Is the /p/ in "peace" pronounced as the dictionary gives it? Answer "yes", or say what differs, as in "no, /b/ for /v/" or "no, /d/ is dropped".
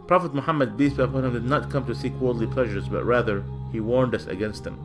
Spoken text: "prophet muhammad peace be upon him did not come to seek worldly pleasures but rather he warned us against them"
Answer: no, /b/ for /p/